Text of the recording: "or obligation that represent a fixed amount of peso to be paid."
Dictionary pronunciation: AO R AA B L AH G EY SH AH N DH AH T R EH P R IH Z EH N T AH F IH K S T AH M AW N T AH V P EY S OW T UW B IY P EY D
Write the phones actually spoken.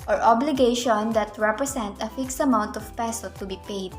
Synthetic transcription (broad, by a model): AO R AA B L AH G EY SH AH N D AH T R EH P R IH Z EH N T AH F IH K S T AH M AW N T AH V P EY S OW T UW B IY P EY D